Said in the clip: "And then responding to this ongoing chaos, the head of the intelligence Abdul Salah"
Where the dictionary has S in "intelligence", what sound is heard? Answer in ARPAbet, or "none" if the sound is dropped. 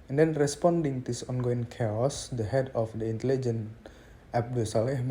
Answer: none